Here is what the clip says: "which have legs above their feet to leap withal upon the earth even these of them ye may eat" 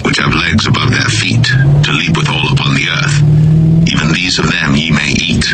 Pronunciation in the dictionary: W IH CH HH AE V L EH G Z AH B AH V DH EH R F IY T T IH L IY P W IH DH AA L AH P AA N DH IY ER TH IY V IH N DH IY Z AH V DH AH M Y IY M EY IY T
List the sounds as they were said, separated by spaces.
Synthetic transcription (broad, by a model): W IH CH HH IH V L EH G Z AH B AH V DH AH R F IY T T IH L IY P W IH DH AA L AH P AA N DH IY ER TH IY V IH N DH IY Z AH V DH AH M Y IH M EY IY T